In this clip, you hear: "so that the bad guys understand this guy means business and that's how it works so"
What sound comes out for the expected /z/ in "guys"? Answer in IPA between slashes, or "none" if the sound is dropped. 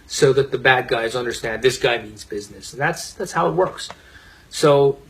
/z/